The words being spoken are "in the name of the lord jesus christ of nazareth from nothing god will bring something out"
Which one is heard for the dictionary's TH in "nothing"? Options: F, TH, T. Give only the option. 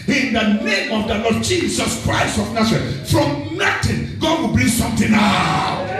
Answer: T